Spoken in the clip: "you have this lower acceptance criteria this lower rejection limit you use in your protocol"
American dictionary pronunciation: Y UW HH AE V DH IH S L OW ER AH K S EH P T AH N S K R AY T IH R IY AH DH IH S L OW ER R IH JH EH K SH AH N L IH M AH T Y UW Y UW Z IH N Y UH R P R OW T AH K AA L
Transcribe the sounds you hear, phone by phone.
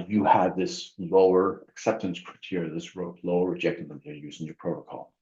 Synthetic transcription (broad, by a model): Y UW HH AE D DH IH S L OW ER AH K S EH P T AH N S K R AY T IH R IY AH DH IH S L OW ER R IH JH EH K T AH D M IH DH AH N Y Y UW Z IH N Y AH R P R OW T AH K AA L